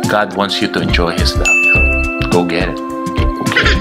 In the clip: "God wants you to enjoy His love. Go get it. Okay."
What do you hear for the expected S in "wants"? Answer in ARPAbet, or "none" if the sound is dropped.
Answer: S